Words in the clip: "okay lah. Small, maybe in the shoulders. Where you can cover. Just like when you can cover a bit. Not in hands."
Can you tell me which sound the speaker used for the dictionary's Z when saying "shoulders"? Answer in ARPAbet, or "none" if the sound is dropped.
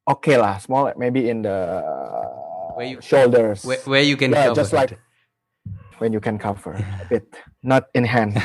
S